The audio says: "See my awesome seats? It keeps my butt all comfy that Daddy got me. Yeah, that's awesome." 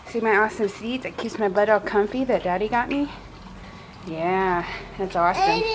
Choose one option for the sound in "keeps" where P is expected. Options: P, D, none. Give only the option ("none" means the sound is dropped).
none